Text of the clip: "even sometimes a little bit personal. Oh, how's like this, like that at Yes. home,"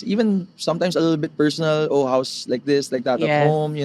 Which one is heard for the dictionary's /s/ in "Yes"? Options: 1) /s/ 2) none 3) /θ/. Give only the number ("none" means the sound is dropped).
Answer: 2